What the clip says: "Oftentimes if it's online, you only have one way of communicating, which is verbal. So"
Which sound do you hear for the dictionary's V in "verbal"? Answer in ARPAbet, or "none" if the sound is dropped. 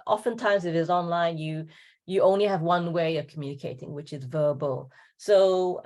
V